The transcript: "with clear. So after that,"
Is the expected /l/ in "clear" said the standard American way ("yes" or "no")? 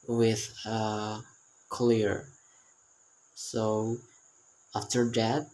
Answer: yes